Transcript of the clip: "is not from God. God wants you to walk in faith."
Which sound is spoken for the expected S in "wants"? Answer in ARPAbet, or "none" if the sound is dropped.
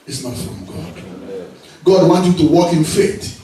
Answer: none